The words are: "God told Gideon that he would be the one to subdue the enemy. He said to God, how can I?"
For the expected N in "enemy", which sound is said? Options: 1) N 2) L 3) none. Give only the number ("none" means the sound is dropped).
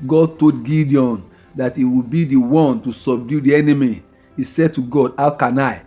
1